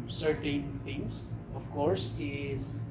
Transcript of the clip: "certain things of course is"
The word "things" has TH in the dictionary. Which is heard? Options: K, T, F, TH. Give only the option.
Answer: T